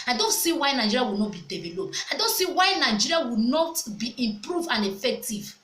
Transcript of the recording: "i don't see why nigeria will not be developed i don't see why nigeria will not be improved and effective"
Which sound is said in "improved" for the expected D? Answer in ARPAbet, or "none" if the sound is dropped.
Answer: none